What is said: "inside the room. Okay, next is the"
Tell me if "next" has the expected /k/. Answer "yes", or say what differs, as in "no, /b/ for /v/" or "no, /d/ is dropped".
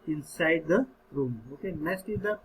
no, /k/ is dropped